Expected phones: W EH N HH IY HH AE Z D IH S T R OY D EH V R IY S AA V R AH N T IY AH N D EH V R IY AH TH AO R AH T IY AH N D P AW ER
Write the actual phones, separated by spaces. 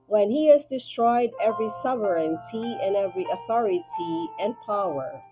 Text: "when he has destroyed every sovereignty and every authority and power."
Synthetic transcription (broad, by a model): W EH N HH IY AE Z D IH S T R OY D EH V R IY S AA V R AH N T IY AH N EH V R IY AH TH AO R AH T IY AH N P AW ER